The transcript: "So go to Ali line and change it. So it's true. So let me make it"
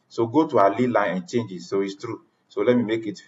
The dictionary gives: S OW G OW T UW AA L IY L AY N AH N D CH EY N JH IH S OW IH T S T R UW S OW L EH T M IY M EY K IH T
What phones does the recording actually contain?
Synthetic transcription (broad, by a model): S OW G OW T UW AA L IY L AY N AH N CH EY N JH IH S OW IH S T R UW S OW L EH T M IY M EY K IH T